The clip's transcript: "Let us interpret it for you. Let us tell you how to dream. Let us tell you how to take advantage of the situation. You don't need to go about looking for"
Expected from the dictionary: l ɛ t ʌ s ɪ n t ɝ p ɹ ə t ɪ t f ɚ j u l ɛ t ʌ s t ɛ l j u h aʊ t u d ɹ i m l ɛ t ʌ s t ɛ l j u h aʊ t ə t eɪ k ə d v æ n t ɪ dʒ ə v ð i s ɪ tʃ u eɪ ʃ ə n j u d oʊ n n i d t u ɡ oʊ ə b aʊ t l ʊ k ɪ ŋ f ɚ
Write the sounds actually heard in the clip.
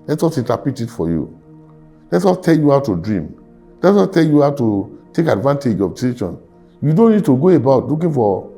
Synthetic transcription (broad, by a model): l ɛ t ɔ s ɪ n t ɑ p ə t ɪ t f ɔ j u l ɛ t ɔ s t ɛ l j u h aʊ t u d ɹ i m l ɛ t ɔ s t ɛ l j u h aʊ t ə t eɪ k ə d v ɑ n t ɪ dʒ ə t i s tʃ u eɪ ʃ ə n j u d oʊ n n i d t u ɡ oʊ ə b aʊ t l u k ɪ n f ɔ